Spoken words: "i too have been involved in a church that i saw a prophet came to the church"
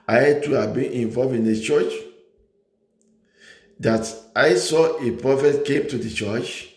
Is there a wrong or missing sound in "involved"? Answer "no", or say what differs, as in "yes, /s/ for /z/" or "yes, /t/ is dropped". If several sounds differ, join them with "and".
yes, /d/ is dropped